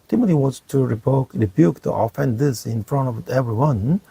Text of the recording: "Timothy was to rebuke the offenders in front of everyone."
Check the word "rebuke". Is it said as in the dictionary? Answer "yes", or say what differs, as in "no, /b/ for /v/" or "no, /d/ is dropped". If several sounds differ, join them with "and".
yes